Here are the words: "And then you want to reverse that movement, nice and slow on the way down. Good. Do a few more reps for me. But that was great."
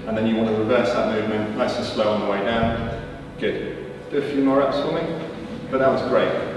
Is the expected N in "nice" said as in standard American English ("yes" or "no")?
no